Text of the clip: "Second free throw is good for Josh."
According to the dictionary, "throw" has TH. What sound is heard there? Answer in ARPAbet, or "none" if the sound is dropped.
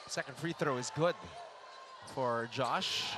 TH